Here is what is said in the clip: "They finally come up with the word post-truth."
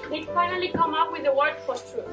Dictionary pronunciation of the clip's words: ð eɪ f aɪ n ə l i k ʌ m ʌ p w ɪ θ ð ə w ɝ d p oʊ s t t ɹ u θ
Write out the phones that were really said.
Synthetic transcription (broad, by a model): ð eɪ f aɪ n ə l i k ʌ m ʌ p w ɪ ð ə w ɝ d f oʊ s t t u